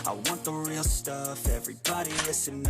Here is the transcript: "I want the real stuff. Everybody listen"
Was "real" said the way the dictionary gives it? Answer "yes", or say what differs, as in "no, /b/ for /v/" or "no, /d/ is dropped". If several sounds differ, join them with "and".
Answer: yes